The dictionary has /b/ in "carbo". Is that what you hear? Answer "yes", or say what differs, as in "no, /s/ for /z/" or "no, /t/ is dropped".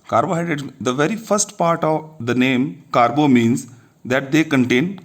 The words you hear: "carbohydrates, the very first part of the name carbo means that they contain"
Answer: yes